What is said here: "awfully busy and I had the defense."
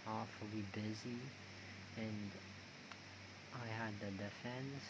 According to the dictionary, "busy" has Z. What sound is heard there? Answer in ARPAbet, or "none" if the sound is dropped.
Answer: Z